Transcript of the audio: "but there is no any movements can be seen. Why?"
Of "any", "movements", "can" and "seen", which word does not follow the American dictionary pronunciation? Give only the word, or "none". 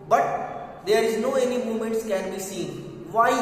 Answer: movements